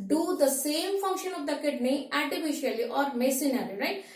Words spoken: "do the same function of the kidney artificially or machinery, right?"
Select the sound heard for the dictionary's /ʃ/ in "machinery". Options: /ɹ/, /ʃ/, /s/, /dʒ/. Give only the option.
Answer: /s/